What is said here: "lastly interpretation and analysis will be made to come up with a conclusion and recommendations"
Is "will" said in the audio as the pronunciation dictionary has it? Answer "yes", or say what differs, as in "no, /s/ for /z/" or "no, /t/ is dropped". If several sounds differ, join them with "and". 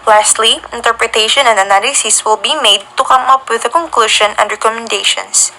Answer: yes